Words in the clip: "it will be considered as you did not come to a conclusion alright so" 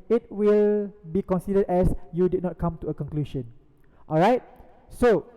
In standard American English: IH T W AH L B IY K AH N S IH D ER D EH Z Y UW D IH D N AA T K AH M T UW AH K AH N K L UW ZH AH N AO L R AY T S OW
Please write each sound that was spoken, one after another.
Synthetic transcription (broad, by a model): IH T W AH L B IY K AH N S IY D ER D EH S Y UW D IH D N AA T K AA M T UW AH K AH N K L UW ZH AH N AO L R AY T S OW